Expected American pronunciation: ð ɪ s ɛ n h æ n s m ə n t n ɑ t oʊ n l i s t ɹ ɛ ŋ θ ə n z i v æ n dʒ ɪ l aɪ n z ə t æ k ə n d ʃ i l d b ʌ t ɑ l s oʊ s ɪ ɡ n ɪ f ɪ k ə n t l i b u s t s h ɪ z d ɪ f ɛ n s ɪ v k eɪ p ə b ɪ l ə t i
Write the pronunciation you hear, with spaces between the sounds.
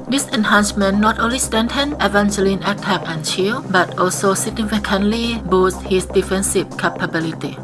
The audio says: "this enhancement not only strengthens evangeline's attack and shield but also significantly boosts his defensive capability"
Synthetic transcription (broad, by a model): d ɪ s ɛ n h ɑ n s m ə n n ɑ t oʊ n l i s t ɛ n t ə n i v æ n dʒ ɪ l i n ə t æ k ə n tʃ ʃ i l b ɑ t ɑ l s oʊ s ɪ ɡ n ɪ f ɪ k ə n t l i b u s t h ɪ s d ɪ f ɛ n s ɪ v k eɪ p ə b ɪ l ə t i